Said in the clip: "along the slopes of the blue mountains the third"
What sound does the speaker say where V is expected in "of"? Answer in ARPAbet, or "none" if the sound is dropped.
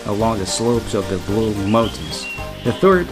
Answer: V